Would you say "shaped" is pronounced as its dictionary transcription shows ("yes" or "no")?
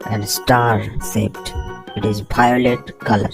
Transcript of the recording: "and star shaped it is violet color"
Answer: no